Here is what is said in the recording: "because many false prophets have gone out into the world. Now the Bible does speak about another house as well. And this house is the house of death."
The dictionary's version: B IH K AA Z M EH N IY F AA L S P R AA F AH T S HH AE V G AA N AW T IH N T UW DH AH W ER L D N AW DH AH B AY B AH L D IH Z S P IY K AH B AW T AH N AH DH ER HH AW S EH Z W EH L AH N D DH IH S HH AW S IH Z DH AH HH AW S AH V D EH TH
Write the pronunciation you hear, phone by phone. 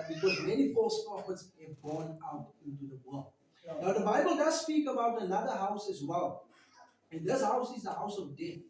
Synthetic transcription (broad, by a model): B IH K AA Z M EH N IY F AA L S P AA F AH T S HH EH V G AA N AW T IH N T UW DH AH W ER L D N AW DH AH B AY B AH L D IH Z S P IY K AH B AW T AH N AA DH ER HH AW S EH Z W EH L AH N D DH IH S HH AW S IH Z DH AH HH AW S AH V D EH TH